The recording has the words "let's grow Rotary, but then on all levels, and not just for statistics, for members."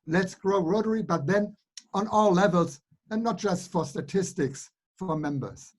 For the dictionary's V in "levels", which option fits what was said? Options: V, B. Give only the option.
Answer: V